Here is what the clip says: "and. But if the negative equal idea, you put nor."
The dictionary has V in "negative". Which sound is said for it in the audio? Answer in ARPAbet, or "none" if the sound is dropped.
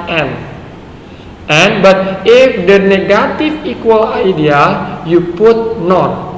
F